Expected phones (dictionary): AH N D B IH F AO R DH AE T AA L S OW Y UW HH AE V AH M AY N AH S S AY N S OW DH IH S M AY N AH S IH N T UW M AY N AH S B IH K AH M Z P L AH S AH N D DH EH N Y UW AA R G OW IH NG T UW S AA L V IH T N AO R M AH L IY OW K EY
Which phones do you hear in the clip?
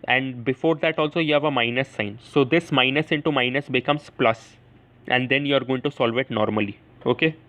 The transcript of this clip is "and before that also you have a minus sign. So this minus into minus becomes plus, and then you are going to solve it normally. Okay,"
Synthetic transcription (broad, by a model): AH N D B IH F AO R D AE T AA L S OW Y UW HH AE V AH M AY N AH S S AY N S OW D IH S M AY N AH S IH N T UW M AY N AH S B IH K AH M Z P L AH S AH N D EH N Y UW AA R G OW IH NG T UW S AA L V IH T N AO R M AH L IY OW K EY